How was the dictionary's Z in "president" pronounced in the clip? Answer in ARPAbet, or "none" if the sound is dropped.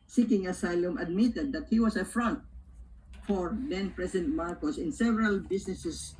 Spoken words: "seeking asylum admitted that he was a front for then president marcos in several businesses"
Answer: S